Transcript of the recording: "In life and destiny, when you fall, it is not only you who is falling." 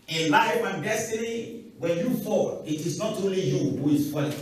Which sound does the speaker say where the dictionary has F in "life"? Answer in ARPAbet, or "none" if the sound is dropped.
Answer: none